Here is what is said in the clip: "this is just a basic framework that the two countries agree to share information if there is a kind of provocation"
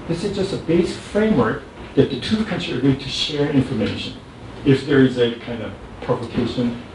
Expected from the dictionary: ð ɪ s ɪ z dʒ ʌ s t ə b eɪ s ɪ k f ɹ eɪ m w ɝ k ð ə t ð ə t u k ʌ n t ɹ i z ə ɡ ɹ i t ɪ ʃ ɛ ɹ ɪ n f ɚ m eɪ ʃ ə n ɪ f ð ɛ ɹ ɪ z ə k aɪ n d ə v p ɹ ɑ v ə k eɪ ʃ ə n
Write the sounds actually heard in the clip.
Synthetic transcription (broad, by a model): ð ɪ s ɪ z dʒ ʌ s t ə b eɪ s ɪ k f ɹ eɪ m w ɝ k ð ə t ð ə t u k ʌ n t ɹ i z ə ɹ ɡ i t ɪ ʃ ɛ ɹ ɪ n f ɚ m eɪ ʃ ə n ɪ f ð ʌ ɹ ɪ z ə k aɪ n d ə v p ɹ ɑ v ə k eɪ ʃ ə n